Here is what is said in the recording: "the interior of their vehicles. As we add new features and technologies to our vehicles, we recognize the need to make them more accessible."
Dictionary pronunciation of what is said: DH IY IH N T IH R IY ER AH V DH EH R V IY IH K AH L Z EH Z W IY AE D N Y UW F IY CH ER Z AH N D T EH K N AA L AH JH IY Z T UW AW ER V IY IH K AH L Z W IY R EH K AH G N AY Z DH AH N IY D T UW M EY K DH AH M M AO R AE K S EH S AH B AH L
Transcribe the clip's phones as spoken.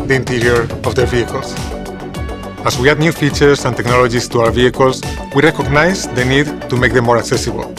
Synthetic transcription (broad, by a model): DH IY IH N T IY R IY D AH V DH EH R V IY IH K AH L S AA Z W IY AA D N Y UW F IY CH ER S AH N T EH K N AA L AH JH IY S T UW AW ER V IY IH K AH L S W IY R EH K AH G N AY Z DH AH N IY D T UW M EY K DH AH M M AO R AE K S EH S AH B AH L